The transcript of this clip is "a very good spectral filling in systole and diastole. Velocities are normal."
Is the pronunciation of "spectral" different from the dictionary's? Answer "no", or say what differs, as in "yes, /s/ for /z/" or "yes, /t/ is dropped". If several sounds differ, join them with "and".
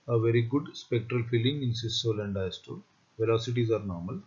no